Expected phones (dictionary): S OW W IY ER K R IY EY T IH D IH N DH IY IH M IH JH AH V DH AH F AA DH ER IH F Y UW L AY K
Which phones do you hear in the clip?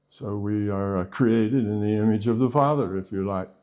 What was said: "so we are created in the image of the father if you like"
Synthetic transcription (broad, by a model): S OW W IY ER K R IY EY T IH D IH N DH IY IH M IH JH AH V DH AH F AA DH ER IH F Y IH L AY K